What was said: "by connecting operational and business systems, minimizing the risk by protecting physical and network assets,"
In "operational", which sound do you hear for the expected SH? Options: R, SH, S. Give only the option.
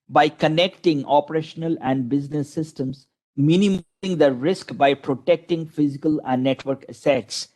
SH